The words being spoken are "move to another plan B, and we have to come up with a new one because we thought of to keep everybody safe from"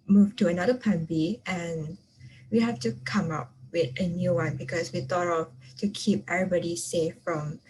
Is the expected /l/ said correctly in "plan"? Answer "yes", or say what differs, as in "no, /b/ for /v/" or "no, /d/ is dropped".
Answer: no, /l/ is dropped